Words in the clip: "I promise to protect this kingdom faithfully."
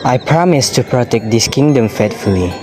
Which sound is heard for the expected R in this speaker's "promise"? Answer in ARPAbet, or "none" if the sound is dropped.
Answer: R